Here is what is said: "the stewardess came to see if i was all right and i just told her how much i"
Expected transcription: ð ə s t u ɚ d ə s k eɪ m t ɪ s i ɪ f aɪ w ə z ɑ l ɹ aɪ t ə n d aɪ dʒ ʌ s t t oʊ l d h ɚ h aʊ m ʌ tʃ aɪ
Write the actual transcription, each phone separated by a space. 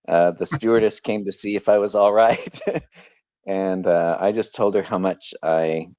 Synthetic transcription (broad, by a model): ð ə s t u ɚ d ə s k eɪ m t ɪ s i ɪ f aɪ w ə z ɑ l ɹ aɪ t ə n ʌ aɪ dʒ ʌ s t t oʊ l d ɚ h aʊ m ʌ tʃ aɪ